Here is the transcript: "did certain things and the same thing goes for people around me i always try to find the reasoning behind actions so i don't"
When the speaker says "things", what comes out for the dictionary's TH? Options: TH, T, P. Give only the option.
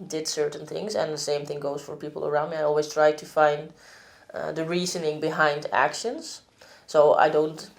TH